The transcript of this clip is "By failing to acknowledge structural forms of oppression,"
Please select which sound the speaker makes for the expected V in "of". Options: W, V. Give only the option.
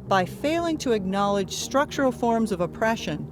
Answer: V